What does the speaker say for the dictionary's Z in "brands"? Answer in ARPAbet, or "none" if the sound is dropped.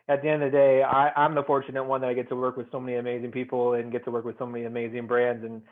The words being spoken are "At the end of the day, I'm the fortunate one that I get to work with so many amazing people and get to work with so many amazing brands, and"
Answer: Z